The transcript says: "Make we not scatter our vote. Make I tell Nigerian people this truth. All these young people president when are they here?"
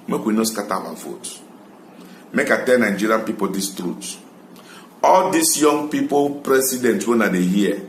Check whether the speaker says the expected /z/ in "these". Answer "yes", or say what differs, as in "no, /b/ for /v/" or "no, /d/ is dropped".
no, /s/ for /z/